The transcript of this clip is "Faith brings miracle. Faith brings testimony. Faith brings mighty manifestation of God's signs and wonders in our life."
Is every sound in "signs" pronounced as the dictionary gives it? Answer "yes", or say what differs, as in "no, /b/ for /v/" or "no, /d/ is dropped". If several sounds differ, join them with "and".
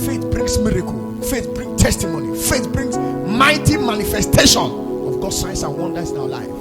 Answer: no, /s/ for /z/